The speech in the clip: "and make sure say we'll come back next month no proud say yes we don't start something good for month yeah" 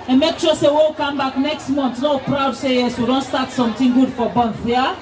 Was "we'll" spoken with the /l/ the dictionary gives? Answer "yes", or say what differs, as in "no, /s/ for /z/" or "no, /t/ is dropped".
no, /w/ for /l/